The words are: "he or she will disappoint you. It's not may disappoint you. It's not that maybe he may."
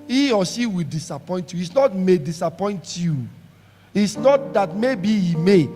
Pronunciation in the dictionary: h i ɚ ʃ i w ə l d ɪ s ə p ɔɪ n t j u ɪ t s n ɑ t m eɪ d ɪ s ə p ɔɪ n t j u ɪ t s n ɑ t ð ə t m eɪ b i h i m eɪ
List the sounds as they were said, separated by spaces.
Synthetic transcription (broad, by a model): i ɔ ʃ i w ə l d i s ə p ɔɪ n t j u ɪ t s n ɑ t m eɪ d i s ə p ɔɪ n t j u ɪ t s n ɑ t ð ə t m eɪ b i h i m eɪ